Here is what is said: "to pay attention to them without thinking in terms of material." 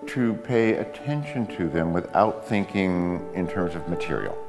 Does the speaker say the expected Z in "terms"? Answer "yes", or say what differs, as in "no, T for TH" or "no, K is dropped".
yes